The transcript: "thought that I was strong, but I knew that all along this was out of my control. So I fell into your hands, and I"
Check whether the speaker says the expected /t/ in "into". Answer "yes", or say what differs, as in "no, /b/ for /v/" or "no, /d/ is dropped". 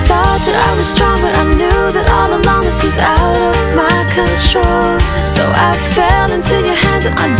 no, /s/ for /t/